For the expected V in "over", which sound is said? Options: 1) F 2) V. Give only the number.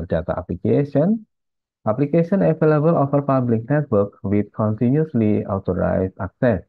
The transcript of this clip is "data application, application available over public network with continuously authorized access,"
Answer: 1